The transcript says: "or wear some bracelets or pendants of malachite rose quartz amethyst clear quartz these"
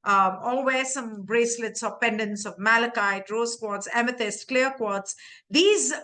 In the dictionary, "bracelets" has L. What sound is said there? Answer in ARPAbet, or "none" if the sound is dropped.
L